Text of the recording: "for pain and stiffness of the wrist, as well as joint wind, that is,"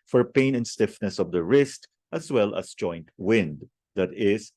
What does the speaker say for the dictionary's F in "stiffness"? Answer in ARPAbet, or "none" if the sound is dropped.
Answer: F